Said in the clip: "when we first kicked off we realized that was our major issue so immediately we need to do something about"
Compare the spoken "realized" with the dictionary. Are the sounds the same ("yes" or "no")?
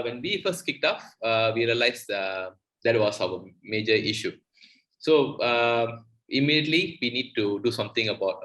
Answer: no